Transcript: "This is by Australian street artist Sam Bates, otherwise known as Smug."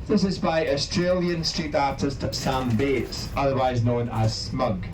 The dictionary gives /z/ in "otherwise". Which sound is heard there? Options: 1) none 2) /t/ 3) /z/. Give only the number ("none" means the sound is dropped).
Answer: 3